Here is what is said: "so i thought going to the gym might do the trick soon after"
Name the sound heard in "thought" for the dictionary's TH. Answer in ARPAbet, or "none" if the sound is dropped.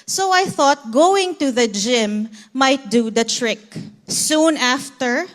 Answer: TH